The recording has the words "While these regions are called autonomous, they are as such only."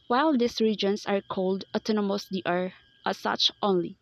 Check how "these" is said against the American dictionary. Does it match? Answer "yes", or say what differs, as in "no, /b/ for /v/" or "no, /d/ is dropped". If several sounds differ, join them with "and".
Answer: no, /s/ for /z/